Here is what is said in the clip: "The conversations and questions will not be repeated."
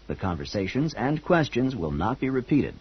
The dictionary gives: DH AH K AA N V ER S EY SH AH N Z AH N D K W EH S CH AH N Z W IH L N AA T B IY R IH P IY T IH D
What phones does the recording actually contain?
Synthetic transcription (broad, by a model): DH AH K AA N V ER S EY SH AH N Z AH N K W EH S CH AH N Z W IH L N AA T B IY R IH P IY T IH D